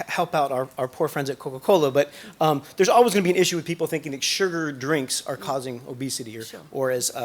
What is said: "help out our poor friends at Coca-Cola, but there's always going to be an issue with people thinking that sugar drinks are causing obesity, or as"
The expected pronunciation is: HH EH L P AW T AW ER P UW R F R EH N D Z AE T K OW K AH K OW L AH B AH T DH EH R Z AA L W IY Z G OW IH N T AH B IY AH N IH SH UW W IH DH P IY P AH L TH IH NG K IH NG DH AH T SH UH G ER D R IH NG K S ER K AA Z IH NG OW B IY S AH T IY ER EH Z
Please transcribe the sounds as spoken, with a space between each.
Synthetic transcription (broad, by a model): HH EH L P AW T AW ER P UW R F R EH N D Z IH T K OW K AH K OW L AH B AH T DH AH R Z AA L W IY Z G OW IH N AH B IY AH N IH SH UW W IH DH P IY P L TH IH NG K IH NG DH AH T SH UH G ER D R IH NG K S ER K AA Z IH NG OW B IY S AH T IY ER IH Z